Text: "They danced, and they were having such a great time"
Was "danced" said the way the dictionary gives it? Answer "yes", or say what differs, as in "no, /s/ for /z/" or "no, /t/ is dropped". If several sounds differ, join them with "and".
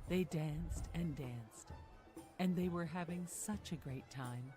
yes